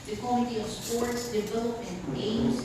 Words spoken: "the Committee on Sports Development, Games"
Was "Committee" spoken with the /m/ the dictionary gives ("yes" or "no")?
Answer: no